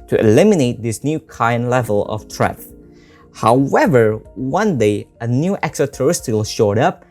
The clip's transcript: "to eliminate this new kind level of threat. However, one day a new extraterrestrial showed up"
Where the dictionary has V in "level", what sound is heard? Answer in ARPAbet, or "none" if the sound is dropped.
V